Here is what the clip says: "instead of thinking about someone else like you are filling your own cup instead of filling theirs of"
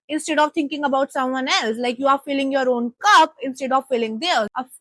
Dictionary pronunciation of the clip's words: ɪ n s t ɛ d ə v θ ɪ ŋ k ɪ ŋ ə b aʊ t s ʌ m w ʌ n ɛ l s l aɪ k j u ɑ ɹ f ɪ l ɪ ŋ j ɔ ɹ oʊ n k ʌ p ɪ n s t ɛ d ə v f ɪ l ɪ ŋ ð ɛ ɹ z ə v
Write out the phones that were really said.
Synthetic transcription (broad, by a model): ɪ n s t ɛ d ə v t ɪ ŋ k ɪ ŋ ə b aʊ t s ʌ m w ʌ n ɛ l s l aɪ k j u ɑ ɹ f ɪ l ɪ ŋ j ɔ ɹ oʊ n k ʌ p ɪ n s t ɛ d ə v f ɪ l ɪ ŋ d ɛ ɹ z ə